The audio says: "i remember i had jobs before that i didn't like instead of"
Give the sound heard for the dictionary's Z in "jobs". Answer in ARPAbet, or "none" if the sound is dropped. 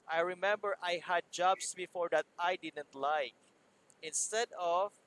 S